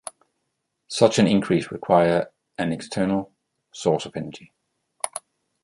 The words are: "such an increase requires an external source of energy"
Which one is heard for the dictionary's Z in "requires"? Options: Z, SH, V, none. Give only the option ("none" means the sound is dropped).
none